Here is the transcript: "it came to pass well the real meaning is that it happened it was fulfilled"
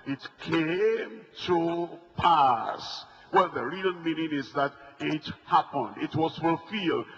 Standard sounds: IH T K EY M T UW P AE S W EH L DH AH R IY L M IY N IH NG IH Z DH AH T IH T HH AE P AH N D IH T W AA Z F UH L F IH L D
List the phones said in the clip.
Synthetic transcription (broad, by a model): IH T K EY M T UW P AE S W EH L DH AH R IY N M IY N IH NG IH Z DH AH T IH T HH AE P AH N D IH T W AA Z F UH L F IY L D